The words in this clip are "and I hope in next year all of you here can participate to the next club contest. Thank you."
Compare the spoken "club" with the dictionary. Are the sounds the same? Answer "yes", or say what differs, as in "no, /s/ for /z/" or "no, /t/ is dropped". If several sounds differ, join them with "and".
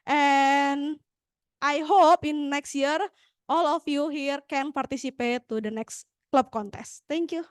yes